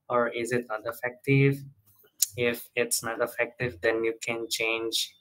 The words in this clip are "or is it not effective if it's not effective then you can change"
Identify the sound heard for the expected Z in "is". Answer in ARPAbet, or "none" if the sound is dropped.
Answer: Z